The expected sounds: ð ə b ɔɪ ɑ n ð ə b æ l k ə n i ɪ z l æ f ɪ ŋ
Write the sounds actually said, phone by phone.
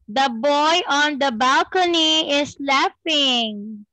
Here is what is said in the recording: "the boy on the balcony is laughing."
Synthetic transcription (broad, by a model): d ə b ɔɪ ɑ n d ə b æ l k ə n i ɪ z l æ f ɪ ŋ